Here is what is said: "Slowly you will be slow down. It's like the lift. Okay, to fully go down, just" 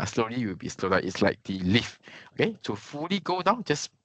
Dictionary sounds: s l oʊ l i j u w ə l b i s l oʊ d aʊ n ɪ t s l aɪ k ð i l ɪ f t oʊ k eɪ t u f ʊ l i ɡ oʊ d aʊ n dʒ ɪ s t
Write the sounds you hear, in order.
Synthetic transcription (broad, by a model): s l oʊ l i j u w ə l b i s l oʊ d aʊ ɪ t s l aɪ k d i l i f oʊ k eɪ t u f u l i ɡ oʊ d aʊ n dʒ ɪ s